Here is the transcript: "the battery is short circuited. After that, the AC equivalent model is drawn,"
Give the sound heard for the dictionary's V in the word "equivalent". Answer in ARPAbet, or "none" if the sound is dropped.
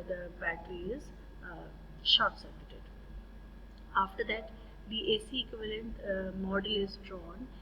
V